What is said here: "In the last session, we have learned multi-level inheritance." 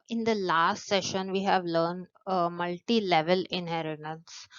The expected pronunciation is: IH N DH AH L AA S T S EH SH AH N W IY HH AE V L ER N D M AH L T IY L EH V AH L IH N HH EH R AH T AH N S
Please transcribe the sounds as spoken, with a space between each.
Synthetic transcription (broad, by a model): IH N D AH L AA S T S EH SH AH N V IY HH AE V L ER N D M AH L T IY L EH V AH L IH N HH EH R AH T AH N S